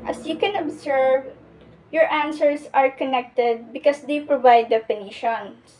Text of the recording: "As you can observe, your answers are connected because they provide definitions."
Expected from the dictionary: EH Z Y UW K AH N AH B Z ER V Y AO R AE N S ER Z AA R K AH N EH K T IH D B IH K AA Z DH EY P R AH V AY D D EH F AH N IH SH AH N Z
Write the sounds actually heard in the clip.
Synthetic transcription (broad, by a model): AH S Y UW K AH N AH B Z ER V Y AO R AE N S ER S AA R K AH N EH K T IH D B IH K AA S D EY P R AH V AY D D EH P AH N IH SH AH N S